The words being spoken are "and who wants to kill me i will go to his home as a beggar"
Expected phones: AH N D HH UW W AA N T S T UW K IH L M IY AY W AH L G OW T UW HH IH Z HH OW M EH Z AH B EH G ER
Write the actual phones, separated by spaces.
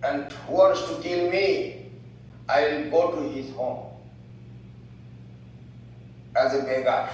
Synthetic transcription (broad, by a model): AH N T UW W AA T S T UW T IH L M IY AY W L G OW T UW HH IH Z HH OW M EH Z AH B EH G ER